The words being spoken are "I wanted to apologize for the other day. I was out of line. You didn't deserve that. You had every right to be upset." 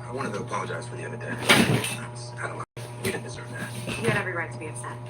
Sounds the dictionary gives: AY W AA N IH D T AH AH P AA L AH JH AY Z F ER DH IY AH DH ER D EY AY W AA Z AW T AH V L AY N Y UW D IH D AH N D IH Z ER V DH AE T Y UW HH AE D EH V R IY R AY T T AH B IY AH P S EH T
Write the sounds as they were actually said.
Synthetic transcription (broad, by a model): AY W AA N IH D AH AH P AA L AH JH AY Z F ER DH IY AH DH ER D EY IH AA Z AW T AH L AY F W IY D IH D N D IH Z ER V DH AE T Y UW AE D EH V R IY R AY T T AH B IY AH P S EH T